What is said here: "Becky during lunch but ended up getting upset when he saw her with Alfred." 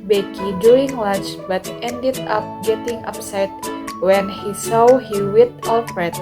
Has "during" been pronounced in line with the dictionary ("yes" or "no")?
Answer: no